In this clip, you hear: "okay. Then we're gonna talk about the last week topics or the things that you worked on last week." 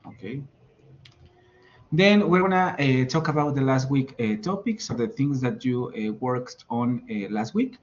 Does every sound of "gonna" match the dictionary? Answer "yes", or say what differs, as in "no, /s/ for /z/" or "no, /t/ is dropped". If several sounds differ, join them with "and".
no, /n/ is dropped